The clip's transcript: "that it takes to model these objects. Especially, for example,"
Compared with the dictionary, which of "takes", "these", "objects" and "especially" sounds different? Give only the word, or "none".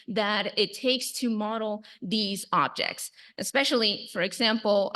none